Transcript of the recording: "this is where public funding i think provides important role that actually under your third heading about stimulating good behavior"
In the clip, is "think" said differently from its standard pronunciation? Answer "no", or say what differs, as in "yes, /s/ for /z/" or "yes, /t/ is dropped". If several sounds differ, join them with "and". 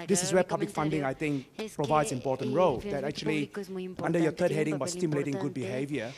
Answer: yes, /t/ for /θ/